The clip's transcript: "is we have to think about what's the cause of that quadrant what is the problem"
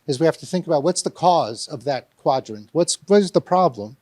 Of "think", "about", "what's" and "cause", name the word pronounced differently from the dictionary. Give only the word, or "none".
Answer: none